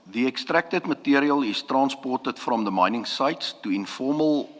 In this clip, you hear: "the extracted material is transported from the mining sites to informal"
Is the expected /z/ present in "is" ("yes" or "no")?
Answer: no